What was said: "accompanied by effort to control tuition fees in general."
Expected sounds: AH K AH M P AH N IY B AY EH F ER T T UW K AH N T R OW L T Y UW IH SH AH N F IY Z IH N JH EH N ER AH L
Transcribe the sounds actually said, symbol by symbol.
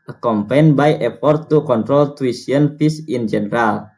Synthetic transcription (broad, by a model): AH K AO M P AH N B AY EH P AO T T UW K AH N T R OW L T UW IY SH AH N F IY S IH N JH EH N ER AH L